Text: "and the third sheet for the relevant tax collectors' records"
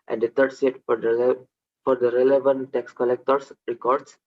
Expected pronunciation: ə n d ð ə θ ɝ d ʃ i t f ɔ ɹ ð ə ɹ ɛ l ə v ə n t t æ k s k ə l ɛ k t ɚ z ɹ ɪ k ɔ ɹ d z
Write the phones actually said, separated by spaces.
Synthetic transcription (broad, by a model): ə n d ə t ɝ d s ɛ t f ɔ ɹ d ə ɹ ɛ l ə v ə n t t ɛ k s k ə l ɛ k t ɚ s ɹ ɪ k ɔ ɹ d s